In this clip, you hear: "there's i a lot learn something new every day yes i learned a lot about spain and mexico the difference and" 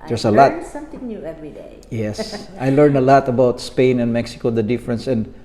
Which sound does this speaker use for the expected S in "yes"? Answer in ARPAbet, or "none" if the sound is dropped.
S